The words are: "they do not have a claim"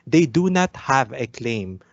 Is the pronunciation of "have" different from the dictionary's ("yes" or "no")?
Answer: no